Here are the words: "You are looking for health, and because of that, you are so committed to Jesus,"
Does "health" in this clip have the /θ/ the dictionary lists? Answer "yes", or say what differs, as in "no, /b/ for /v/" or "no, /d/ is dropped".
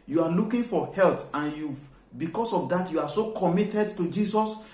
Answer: no, /t/ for /θ/